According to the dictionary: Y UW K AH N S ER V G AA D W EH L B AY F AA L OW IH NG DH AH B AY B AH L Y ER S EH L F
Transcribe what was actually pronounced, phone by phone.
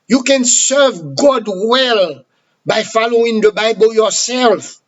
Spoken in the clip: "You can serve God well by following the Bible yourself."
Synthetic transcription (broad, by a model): Y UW K AH N S ER V G AA D W EH L B AY F AA L OW IH NG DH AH B AY B AH L Y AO S EH L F